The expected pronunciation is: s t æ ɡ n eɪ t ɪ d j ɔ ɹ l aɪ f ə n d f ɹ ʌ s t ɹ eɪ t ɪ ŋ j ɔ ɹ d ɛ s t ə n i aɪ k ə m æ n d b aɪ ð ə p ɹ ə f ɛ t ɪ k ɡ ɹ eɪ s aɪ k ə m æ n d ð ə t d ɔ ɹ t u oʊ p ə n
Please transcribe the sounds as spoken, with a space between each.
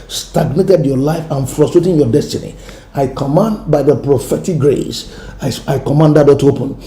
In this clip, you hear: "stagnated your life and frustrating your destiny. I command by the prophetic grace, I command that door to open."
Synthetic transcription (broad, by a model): s t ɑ ɡ n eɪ t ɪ d j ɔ l aɪ f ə n f ɹ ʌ s t ɹ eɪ t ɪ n j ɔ d ɛ s t ə n i aɪ k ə m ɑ n d b aɪ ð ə p ɹ ə f ɛ t ɪ k ɡ ɹ eɪ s aɪ k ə m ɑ n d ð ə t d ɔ t u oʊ p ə n